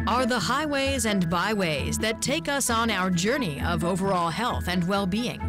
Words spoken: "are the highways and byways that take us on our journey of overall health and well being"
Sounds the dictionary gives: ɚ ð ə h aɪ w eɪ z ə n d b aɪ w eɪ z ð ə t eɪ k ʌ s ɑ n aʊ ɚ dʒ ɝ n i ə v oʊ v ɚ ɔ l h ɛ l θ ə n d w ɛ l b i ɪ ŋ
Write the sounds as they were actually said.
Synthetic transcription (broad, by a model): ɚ ð ə h aɪ w eɪ z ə n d b aɪ w eɪ z ð ə t eɪ k ʌ s n aʊ ɚ dʒ ɝ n i ə v oʊ v ɚ ɔ l h ɛ l θ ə n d w ɛ l b i ɪ ŋ